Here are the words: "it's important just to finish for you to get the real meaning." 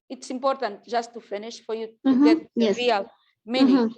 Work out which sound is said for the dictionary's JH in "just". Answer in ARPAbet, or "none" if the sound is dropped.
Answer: ZH